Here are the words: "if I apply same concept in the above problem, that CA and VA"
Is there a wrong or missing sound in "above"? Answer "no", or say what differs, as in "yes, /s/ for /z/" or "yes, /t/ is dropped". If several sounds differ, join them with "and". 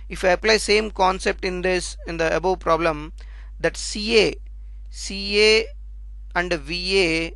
yes, /b/ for /v/